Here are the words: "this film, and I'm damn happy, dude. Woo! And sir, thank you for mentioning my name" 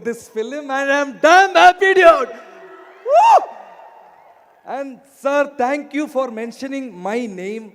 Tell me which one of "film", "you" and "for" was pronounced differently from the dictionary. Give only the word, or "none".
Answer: none